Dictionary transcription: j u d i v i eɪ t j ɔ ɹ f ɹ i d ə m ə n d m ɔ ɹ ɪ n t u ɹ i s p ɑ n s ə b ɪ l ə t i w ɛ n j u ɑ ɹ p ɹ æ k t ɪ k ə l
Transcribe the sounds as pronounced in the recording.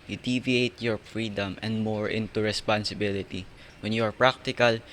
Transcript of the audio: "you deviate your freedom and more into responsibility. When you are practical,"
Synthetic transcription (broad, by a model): j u d i v i eɪ t j ɔ ɹ f ɹ i d ə m ə n d m ɔ ɹ ɪ n t u ɹ i s p ɑ n s ə b ɪ l ə t i w ɛ n j u ɑ ɹ p ɹ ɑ k t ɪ k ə l